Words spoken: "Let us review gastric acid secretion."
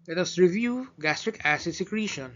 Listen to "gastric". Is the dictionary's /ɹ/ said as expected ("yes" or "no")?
yes